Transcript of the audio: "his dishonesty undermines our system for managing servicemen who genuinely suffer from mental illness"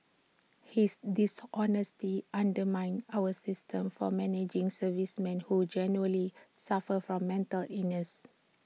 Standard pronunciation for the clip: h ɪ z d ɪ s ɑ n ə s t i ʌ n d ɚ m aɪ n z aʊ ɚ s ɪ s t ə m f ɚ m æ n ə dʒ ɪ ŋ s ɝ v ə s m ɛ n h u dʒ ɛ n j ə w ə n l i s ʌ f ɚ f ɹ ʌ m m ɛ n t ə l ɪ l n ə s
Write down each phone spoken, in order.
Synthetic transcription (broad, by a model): h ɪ s d ɪ s ɑ n ə s t i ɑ n d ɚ m aɪ n aʊ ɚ s ɪ s t ə m f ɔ m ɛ n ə dʒ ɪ ŋ s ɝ v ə s m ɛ n h u dʒ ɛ n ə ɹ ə l i s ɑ f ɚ f ɹ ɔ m m ɛ n t ə l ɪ n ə s